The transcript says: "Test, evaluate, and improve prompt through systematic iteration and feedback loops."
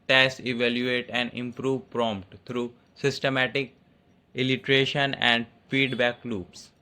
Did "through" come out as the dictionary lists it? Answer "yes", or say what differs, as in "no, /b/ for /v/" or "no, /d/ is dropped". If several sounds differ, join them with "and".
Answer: no, /t/ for /θ/